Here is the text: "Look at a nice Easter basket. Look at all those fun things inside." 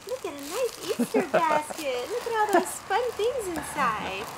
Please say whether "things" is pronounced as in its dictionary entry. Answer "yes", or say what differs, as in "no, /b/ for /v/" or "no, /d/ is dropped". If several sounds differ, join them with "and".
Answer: yes